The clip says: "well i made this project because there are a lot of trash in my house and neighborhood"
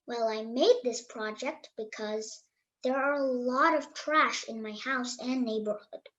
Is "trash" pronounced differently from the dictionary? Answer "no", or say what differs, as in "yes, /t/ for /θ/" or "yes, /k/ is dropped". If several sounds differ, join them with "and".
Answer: no